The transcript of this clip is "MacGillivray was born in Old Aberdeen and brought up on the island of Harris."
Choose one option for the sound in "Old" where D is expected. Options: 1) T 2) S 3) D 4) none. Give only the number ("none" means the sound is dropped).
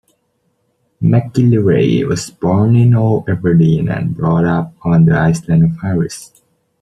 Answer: 4